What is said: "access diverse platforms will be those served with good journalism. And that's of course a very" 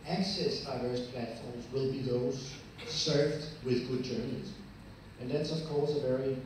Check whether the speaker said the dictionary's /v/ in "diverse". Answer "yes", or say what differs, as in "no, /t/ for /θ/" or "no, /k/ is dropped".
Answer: yes